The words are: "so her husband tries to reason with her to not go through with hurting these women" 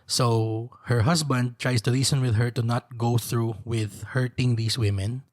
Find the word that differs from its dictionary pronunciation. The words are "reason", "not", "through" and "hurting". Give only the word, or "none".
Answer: reason